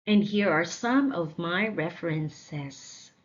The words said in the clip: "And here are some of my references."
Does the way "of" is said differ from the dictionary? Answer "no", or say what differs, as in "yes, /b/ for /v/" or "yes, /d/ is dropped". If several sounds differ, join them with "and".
no